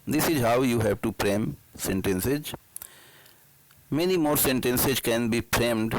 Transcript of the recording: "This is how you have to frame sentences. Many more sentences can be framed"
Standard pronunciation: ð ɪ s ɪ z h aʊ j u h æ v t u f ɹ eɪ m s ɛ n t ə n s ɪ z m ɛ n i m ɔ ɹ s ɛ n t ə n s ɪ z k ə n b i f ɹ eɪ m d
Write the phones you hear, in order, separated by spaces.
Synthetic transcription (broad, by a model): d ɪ s ɪ z h aʊ j u h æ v t u p ɹ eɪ m s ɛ n t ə n s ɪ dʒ m ɛ n i m ɔ ɹ s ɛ n t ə n s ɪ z k ə n b i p ɹ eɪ m d